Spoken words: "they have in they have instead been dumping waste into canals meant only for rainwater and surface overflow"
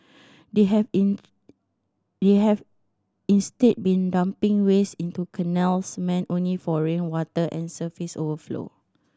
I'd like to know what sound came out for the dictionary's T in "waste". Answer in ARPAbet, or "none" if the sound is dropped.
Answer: none